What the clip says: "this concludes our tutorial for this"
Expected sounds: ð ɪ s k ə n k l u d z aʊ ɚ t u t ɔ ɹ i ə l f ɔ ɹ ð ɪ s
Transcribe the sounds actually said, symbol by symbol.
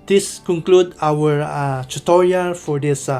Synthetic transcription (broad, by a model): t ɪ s k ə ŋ k l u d aʊ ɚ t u t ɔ ɹ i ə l f ɔ ɹ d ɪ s